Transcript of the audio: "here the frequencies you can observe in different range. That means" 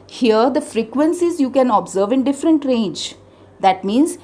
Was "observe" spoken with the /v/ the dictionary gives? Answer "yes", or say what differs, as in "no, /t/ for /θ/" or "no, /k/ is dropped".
yes